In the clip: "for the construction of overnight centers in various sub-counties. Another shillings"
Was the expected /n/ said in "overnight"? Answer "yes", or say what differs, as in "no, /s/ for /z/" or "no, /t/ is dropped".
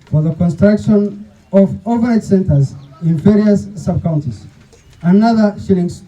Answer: no, /n/ is dropped